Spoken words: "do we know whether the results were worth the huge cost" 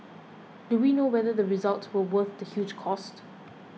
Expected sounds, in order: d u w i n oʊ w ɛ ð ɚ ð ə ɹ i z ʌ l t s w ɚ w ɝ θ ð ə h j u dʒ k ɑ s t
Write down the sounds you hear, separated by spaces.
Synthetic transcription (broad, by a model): d u w i n oʊ w ɛ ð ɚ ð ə ɹ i z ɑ l t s w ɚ w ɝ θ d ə h j u dʒ k ɑ s t